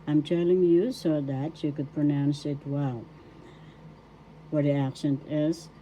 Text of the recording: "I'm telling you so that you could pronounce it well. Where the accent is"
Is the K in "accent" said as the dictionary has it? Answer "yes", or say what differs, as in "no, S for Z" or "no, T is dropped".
yes